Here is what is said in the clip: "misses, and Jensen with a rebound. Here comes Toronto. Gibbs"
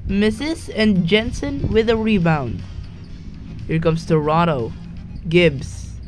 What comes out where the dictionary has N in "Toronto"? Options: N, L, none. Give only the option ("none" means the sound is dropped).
none